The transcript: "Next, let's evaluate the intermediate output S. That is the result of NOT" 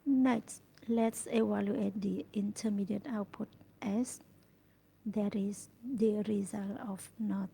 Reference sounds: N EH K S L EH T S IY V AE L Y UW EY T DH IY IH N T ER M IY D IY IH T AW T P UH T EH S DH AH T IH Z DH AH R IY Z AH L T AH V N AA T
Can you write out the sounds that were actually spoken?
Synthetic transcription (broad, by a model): N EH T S L EH T S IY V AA L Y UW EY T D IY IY N T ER M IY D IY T AW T P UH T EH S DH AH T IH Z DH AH R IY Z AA L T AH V N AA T